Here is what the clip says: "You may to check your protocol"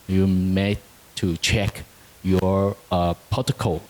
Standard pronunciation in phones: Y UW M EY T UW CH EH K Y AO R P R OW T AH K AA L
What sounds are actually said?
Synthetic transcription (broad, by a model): Y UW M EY T UW CH EH K Y AO R P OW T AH K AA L